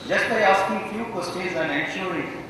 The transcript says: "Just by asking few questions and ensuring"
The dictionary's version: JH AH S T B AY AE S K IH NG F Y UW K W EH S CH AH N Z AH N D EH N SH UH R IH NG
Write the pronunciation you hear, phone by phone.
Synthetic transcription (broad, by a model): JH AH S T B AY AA S K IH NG F Y UW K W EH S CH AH Z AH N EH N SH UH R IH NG